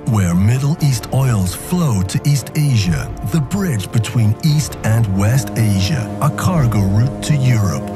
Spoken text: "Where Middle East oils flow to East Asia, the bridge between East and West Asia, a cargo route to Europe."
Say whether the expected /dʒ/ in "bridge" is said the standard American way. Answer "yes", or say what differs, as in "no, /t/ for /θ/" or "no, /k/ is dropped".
yes